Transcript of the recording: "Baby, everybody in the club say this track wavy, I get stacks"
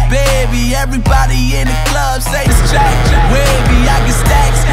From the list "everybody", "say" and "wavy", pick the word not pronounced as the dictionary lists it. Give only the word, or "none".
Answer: wavy